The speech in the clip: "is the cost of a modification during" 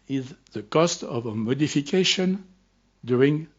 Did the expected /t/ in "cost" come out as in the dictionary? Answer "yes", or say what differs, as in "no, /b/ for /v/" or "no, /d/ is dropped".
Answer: yes